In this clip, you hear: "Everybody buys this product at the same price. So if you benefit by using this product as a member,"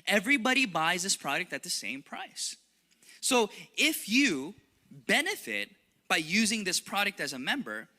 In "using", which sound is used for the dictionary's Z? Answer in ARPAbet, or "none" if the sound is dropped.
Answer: Z